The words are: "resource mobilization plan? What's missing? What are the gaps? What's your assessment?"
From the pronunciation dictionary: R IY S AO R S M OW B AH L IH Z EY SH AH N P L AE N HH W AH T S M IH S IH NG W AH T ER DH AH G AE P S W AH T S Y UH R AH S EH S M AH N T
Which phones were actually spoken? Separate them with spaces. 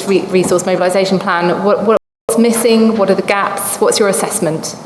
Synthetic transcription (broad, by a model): R IY S AO S M OW B AH L IH Z EY SH AH N P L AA N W W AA T S M IH S IH NG W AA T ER DH AH G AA P S W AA T S Y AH R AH S EH S M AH N T